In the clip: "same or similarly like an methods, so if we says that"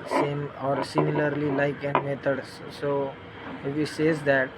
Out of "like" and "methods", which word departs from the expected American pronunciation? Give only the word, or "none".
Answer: methods